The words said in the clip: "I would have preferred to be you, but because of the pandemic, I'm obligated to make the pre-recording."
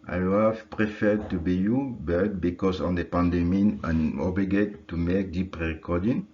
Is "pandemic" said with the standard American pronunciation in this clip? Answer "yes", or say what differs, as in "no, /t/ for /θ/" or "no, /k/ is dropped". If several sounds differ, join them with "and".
no, /k/ is dropped